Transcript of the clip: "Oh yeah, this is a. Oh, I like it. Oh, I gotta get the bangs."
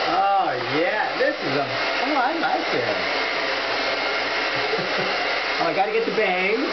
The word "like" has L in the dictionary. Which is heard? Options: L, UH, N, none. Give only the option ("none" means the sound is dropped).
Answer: N